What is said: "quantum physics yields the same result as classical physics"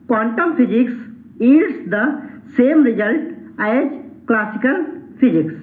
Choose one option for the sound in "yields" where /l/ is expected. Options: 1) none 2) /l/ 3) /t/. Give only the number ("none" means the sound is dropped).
1